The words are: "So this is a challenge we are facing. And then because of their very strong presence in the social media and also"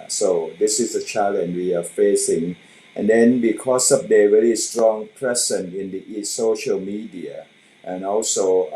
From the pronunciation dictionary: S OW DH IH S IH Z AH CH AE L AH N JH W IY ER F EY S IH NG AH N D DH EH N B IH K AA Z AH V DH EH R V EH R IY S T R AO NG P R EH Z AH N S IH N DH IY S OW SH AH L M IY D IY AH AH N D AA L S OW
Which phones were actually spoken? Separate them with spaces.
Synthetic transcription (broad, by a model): S OW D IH S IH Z AH CH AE L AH N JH W IY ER F EY S IH NG AH N D EH N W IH K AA S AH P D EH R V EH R IY S T R AO NG P R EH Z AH N IH N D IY S OW SH AH L M IY D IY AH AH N AA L S OW